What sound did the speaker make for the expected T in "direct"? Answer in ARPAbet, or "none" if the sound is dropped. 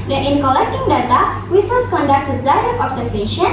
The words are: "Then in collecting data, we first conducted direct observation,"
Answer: none